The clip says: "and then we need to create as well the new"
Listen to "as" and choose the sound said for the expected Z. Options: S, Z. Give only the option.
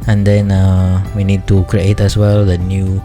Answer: S